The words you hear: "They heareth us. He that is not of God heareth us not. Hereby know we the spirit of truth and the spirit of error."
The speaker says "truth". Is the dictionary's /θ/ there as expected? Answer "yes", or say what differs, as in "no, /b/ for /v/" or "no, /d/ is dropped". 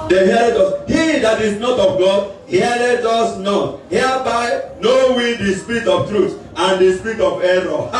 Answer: no, /t/ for /θ/